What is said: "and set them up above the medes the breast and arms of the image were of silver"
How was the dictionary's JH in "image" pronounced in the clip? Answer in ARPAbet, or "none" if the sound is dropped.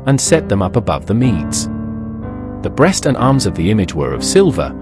JH